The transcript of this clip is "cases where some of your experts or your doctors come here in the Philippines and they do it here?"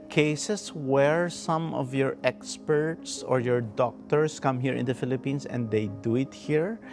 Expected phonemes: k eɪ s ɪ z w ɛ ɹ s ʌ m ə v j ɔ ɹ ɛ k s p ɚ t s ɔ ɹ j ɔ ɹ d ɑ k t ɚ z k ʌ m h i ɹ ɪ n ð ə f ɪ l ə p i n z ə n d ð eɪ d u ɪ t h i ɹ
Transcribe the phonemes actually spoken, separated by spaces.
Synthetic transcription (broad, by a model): k eɪ s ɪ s w ɛ ɹ s ʌ m ə v j ɔ ɹ ɛ k s p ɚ t s ɔ ɹ j ɔ ɹ d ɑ k t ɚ s k ʌ m h i ɹ ɪ n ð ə f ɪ l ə p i n s ə n d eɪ d u ɪ t h i ɹ